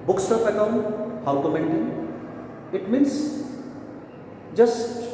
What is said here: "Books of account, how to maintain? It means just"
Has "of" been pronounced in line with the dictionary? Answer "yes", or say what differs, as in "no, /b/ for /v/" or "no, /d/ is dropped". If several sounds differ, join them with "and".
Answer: no, /p/ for /v/